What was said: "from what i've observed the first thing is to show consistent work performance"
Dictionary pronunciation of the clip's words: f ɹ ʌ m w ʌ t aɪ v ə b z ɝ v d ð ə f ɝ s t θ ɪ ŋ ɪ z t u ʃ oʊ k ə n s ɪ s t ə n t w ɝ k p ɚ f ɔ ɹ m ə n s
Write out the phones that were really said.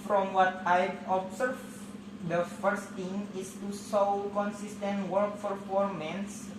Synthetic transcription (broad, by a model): f ɹ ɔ m w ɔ t aɪ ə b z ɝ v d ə f ɝ s t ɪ ŋ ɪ s t u s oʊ k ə n s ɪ s t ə n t w ɝ k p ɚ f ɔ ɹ m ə n s